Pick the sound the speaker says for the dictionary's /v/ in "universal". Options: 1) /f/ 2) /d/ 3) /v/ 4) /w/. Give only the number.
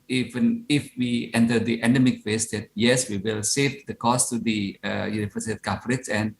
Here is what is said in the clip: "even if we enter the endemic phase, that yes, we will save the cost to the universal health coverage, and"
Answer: 1